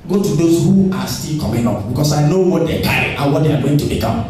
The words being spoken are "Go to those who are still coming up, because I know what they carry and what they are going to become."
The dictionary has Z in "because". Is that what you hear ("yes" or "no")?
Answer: no